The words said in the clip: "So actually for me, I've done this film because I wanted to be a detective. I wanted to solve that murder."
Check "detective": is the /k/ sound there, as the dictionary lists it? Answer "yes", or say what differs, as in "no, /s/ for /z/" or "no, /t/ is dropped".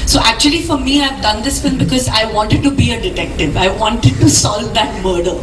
yes